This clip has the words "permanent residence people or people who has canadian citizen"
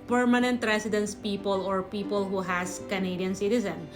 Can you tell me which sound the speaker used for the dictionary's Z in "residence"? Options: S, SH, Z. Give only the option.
S